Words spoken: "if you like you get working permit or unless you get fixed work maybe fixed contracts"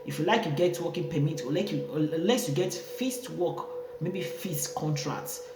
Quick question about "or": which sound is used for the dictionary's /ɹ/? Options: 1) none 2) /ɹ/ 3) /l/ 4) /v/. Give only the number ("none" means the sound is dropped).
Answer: 3